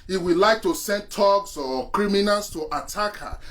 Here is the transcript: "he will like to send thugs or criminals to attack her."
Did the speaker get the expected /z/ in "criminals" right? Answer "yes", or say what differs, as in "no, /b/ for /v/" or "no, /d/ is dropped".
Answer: no, /s/ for /z/